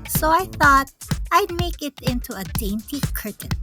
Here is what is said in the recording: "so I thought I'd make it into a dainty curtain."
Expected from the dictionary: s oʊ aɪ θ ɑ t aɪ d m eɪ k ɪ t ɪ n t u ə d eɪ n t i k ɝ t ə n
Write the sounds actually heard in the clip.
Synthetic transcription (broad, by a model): s oʊ aɪ θ ɑ t aɪ d m eɪ k ɪ t ɪ n t u ə d eɪ n t i k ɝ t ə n